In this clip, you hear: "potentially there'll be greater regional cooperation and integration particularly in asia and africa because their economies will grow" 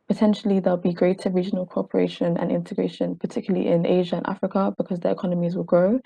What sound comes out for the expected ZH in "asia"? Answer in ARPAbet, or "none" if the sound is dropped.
ZH